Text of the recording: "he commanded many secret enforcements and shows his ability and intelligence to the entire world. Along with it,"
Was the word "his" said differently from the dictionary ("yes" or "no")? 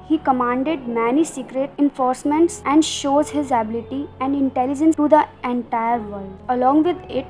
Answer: no